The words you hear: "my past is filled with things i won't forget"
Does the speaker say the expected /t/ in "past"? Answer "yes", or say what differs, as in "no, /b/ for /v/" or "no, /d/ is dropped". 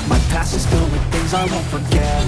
no, /t/ is dropped